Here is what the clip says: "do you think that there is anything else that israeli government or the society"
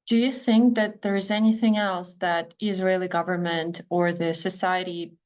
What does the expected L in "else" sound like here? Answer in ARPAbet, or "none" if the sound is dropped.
L